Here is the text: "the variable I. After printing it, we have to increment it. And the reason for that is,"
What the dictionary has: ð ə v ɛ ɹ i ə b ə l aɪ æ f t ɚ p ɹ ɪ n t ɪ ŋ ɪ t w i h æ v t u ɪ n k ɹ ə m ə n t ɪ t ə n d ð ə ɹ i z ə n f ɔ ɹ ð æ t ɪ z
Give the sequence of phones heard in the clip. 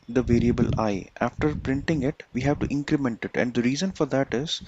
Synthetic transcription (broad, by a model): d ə v ɛ ɹ i ə b ə l aɪ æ f t ɚ p ɹ ɪ n t ɪ ŋ ɪ t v i h æ v t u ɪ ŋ k ɹ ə m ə n t ɪ t ə n d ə ɹ i z ə n f ɔ ɹ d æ t ɪ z